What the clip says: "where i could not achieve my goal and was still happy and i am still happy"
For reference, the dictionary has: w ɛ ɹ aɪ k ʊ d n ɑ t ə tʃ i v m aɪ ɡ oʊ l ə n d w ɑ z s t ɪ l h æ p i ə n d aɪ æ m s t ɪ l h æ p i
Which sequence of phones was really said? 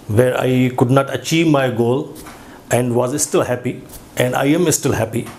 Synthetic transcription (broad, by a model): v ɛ ɹ aɪ k ʊ d n ɑ t ə tʃ i v m aɪ ɡ oʊ l ə n d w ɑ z s t ɪ l h æ p i ə n d aɪ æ m s t ɪ l h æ p i